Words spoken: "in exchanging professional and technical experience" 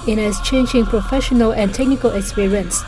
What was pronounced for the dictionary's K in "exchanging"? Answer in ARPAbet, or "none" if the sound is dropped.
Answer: none